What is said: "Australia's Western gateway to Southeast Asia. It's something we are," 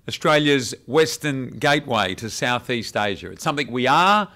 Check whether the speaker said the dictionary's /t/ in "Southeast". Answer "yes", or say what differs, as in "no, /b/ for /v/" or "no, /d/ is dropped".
yes